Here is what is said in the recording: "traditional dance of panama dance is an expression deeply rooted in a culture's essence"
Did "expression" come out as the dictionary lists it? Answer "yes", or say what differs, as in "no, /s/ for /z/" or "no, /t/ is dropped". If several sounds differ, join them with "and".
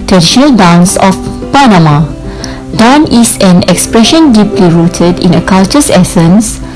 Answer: yes